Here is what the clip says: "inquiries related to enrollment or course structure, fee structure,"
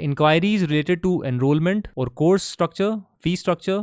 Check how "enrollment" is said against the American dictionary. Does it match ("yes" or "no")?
yes